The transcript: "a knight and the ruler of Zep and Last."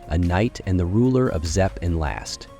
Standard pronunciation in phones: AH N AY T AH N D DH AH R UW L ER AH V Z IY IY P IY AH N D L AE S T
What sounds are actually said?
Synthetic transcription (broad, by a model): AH N AY T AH N DH AH R UW L ER AH V Z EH P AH N L AE S T